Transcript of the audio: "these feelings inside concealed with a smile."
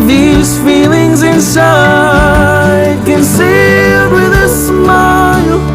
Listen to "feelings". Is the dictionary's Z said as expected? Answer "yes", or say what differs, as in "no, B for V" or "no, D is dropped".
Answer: yes